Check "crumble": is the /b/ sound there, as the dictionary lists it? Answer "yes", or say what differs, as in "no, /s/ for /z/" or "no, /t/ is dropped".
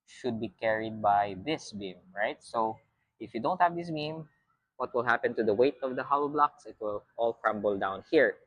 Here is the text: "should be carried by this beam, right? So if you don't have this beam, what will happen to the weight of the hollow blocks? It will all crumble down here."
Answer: yes